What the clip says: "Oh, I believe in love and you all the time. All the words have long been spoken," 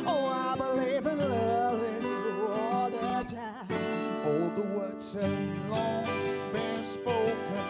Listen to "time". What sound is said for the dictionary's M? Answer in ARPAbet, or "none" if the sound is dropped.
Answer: none